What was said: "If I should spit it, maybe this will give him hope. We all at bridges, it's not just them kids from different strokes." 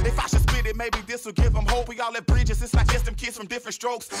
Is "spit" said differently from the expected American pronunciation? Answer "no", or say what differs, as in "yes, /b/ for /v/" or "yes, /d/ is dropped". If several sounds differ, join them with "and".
yes, /b/ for /p/